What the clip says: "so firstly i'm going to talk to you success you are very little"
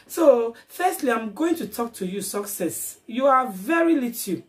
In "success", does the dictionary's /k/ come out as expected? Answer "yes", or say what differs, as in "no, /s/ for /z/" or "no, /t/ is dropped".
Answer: yes